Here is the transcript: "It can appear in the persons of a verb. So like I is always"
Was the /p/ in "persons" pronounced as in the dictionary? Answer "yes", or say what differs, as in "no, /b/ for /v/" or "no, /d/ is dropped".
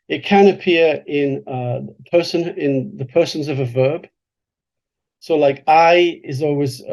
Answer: yes